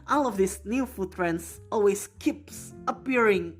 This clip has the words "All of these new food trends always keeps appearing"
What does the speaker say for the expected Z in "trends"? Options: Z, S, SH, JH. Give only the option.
S